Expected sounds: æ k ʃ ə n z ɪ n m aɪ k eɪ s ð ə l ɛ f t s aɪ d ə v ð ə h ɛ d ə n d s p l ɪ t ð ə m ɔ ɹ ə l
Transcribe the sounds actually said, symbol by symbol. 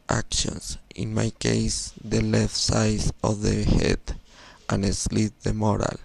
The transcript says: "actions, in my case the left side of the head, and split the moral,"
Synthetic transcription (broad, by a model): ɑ k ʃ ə n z ɪ n m aɪ k eɪ s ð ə l ɛ f t s aɪ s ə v ð ə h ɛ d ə n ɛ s l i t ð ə m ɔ ɹ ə l